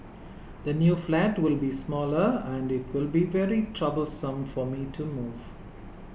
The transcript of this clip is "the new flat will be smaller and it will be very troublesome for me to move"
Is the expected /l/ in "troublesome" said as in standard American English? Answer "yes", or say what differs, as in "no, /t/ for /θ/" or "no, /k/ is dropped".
yes